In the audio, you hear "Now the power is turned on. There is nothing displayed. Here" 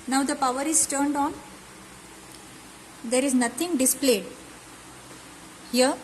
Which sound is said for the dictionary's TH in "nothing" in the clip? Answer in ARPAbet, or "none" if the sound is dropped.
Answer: T